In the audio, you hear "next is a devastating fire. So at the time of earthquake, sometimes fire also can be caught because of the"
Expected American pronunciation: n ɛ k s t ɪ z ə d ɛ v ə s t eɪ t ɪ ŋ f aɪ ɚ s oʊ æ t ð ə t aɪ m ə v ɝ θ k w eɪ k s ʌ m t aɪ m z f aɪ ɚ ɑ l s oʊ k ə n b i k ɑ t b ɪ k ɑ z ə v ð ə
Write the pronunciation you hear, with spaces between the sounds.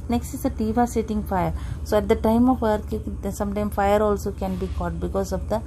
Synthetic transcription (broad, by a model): n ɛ k s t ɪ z ə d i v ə s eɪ t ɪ ŋ f aɪ ɚ s oʊ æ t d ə t aɪ m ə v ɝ t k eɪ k s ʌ m t aɪ m f aɪ ɚ ɑ l s oʊ k ə n b i k ɑ t b ɪ k ɑ z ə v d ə